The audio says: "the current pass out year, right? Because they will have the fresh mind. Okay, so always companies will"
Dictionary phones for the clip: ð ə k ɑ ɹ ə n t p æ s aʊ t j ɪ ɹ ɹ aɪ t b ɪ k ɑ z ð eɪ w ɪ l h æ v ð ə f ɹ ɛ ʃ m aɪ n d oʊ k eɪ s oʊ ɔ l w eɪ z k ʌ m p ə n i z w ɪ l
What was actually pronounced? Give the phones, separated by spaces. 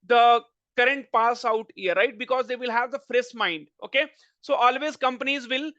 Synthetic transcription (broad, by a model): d ə k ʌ ɹ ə n t p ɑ s aʊ t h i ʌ ɹ aɪ t b ɪ k ɑ z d eɪ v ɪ l h æ v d ə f ɹ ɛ s m aɪ n d oʊ k eɪ s oʊ ɔ l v eɪ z k ʌ m p ə n i z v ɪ l